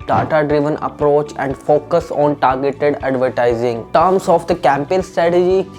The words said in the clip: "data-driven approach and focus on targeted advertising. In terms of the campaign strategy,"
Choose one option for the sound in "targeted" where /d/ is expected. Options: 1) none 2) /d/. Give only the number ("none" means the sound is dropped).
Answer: 2